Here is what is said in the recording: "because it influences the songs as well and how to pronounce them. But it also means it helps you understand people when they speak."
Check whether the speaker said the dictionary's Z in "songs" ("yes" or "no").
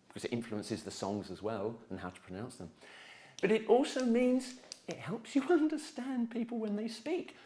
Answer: yes